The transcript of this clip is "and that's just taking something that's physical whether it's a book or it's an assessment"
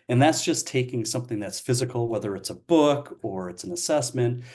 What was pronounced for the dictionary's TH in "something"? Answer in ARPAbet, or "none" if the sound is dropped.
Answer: TH